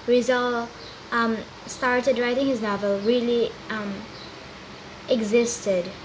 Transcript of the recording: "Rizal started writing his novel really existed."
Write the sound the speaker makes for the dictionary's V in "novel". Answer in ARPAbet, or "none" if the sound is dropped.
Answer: V